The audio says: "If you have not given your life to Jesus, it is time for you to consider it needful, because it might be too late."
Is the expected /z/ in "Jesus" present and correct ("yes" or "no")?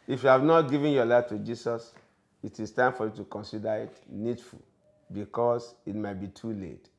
no